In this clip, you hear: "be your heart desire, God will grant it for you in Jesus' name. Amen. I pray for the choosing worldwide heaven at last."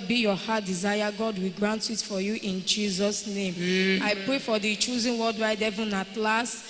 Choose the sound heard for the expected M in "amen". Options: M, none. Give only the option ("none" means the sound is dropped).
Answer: none